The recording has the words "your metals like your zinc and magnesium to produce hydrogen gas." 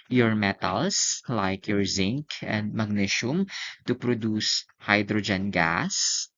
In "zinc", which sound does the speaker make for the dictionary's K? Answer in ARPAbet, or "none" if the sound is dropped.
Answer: K